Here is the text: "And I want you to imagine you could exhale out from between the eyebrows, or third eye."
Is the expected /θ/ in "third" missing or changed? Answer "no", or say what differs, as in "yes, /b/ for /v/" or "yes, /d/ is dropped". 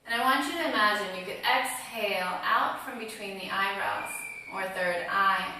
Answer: no